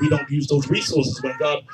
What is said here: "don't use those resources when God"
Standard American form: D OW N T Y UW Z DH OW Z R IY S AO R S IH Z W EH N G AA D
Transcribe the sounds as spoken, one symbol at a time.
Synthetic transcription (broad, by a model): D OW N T Y UW Z DH OW Z R IY S AO R S IH Z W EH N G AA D